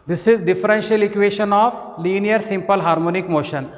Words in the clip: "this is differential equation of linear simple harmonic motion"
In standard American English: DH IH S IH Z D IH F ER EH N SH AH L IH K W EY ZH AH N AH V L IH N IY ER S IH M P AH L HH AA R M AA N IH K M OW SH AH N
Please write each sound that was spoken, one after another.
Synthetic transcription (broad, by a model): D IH S IH Z D IH F ER EH N SH AH L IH K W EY SH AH N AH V L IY N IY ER S IH M P AH L HH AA R M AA N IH K M OW SH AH N